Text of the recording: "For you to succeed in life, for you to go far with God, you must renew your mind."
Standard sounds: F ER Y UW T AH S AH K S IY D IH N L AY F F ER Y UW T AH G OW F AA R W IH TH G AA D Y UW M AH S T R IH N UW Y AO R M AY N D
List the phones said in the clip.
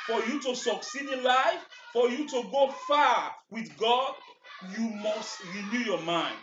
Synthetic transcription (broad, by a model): F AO Y UW T AH S AH K S IY D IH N L AY F F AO Y UW T AH G OW F AA W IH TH G AA D Y UW M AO S T R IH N UW Y AO M AY N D